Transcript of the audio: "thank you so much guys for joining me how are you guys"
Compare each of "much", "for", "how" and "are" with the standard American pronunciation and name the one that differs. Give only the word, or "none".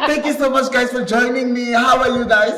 are